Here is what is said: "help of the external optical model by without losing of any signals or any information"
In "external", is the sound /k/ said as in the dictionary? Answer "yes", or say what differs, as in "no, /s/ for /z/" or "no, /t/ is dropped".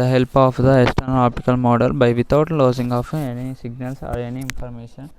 no, /k/ is dropped